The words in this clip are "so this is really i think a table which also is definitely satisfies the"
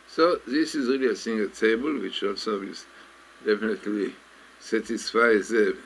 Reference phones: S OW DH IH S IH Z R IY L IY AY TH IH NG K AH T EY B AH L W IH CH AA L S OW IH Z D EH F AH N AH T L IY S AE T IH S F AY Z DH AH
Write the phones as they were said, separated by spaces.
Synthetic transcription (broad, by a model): S OW DH IH S IH Z R IY L IY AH S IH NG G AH T EY B AH L W IH CH AA L S OW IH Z D EH F AH N AH T L IY S AE T IH S F AY Z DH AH